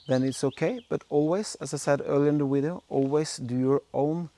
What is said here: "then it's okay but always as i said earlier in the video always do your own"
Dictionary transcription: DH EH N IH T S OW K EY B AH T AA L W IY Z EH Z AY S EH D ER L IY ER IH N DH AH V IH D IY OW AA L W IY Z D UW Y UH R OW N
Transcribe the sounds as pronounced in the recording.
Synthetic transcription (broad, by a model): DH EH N IH T S OW K EY B AH T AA L W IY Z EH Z AY S EH D ER L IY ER IH N DH AH W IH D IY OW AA L W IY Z D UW Y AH R OW N